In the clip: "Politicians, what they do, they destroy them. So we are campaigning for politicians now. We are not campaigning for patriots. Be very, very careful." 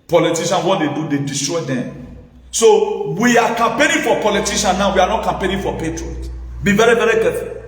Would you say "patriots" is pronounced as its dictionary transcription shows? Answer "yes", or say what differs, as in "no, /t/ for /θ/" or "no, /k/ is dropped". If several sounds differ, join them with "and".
no, /s/ is dropped